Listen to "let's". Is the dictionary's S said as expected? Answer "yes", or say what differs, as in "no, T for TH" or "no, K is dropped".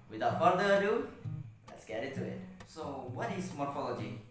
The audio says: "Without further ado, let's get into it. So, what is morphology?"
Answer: yes